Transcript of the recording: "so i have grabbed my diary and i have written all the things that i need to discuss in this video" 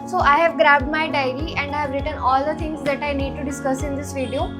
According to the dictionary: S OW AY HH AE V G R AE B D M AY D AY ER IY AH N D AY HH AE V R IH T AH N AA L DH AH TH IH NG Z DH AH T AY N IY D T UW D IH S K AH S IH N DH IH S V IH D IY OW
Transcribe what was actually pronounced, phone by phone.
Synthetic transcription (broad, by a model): S OW AY HH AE V G R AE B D M AY D AY ER IY AH N D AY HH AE V R IH T AH N AA L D AH T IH NG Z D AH T AY N IY D T UW D IH S K AH S IH N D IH S V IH D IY OW